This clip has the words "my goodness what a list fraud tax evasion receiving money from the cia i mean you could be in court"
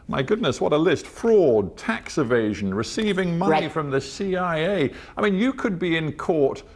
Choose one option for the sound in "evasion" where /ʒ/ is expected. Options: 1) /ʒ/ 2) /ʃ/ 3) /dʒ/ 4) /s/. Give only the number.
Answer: 1